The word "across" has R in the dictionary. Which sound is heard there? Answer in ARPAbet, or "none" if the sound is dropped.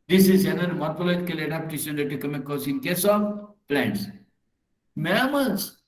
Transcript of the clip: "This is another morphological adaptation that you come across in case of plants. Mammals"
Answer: none